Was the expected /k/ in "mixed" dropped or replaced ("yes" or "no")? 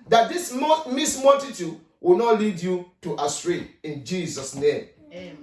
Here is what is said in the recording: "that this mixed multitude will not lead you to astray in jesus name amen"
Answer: yes